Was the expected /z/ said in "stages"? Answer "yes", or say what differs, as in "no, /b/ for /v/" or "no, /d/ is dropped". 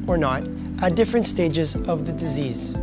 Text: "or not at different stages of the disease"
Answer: yes